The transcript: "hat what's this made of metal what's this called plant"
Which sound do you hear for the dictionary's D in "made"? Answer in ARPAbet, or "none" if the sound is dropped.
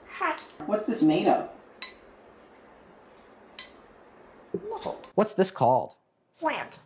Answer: D